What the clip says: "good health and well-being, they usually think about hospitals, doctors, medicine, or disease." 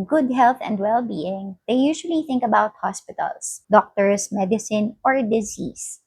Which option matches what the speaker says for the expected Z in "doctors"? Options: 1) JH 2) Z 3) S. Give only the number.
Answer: 3